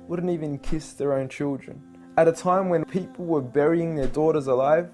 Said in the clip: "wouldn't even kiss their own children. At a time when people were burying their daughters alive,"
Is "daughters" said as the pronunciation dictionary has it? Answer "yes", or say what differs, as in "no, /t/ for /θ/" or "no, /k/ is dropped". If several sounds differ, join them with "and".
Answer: yes